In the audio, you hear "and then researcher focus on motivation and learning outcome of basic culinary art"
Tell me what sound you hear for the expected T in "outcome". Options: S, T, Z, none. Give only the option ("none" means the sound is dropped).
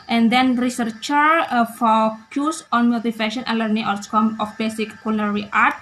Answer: S